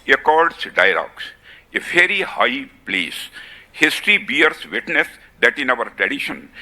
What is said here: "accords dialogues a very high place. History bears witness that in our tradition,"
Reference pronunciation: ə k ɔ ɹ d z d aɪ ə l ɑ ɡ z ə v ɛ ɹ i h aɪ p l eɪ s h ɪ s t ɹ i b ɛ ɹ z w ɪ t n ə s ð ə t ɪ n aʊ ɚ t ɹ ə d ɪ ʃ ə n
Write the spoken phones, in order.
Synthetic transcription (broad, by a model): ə k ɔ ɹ d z d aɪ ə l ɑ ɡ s ə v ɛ ɹ i h aɪ p l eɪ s h ɪ s t ɹ i b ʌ ɹ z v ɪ t n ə s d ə t ɪ n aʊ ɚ t ɹ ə d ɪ ʃ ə n